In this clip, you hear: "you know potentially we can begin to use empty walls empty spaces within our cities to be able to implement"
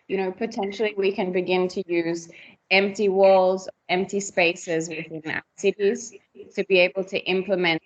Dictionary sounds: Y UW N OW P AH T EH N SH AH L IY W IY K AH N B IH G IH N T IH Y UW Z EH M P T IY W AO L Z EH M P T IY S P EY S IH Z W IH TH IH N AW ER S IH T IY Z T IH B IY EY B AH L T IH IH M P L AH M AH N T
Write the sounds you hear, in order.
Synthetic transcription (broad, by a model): Y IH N OW P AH T EH N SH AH L IY W IY K AH N B IH G IH N T IH Y UW Z EH M P T IY W AO L Z EH M P T IY S P EY S IH Z W IH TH IH N AW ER S IH T IY Z T IH B IY EY B AH L T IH IH M P L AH M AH N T